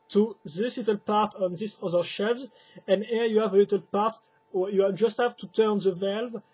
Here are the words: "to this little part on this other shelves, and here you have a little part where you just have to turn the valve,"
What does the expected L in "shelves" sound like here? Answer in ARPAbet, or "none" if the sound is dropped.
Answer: none